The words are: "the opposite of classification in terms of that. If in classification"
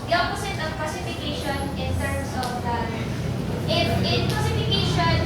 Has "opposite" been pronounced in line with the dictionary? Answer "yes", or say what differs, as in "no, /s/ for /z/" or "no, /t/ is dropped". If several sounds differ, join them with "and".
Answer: no, /s/ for /z/